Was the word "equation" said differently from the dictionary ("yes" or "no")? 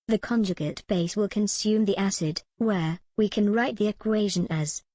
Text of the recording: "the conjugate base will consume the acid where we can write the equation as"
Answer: no